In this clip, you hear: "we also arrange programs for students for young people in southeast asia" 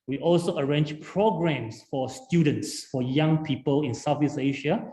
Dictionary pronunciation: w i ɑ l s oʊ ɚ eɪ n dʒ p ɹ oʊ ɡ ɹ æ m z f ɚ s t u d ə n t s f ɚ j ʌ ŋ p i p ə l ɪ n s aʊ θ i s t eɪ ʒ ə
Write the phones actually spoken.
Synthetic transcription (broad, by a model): w i ɑ l s oʊ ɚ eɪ n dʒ p ɹ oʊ ɡ ɹ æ m s f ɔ s t u d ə n t s f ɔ j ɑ ŋ p i p ə l ɪ n s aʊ f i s eɪ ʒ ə